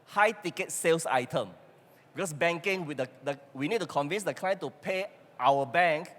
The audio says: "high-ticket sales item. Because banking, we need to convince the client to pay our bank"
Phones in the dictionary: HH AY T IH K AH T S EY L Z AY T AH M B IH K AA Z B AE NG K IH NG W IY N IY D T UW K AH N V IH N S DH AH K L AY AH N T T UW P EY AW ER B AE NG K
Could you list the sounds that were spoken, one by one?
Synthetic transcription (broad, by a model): HH AY T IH K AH T S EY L S AY T AH M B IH K AA S B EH NG K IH NG W IY N IY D T UW K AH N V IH N S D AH K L AY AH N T T UW P EY AW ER B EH NG K